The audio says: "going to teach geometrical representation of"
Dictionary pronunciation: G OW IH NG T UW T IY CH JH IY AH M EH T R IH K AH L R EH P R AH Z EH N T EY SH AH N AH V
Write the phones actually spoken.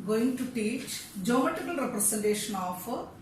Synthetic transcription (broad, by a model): G OW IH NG T UW T IY CH JH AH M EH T IH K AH L R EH P R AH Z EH N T EY SH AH N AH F